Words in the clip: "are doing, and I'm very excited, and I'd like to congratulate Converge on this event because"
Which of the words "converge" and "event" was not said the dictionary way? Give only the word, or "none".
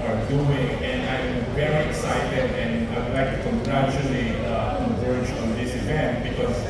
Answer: converge